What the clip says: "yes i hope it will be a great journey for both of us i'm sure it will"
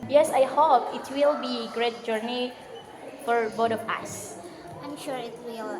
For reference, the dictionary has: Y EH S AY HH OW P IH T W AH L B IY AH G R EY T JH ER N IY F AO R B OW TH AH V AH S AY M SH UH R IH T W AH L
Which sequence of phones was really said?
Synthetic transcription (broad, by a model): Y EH S AY HH OW P IH T W AH L B IY G R EY T JH ER N IY F AO R B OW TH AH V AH S AY M SH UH R IH T W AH L